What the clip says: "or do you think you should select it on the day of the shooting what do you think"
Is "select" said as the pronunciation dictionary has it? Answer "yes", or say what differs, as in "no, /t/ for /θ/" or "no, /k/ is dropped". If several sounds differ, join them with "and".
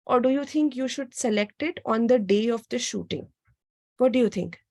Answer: yes